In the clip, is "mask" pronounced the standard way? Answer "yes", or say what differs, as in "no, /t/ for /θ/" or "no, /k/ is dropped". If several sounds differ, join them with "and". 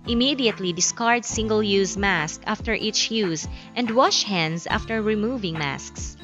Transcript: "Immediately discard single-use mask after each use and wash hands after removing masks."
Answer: yes